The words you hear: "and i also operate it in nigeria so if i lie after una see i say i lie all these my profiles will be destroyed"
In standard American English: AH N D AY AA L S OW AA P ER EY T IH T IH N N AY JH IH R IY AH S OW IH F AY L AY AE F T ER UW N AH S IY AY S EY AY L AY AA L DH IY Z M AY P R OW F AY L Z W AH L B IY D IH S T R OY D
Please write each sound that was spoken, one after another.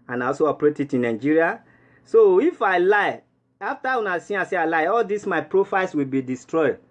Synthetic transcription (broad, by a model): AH N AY AA L S OW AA P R EY T IH T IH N N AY JH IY R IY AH S OW IH F AY L AY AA F T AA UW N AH S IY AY S EY AY L AY AA L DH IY S M AY P R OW F AY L S W AH L B IY D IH S T R OY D